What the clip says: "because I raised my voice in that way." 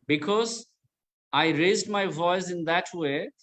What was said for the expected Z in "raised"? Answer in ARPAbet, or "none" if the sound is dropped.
Z